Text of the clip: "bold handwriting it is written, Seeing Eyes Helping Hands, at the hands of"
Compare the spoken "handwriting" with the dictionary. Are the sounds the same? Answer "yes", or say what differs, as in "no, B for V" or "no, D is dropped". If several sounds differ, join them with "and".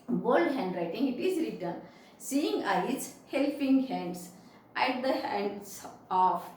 yes